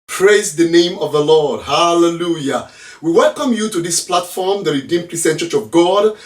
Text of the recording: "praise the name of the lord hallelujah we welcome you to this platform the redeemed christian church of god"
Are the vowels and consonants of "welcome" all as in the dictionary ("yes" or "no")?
yes